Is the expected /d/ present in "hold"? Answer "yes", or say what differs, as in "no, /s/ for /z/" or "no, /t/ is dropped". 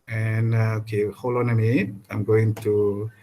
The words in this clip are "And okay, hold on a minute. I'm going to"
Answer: no, /d/ is dropped